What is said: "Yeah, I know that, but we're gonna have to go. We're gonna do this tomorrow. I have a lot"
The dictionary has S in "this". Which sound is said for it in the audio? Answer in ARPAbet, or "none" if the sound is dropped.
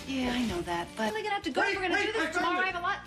none